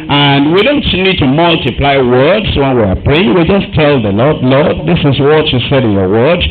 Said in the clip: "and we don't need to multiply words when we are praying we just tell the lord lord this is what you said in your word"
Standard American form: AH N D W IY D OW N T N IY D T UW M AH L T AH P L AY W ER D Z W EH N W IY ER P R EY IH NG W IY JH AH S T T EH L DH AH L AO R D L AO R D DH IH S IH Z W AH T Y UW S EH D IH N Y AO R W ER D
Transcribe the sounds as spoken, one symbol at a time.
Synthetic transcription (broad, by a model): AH N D W IY D OW N T N IY D T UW M AH L T AH P L AY W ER D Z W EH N W IY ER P EY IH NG W IY JH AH S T T EH L DH AH L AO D L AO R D DH IH S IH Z W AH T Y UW S EH D IH N Y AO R W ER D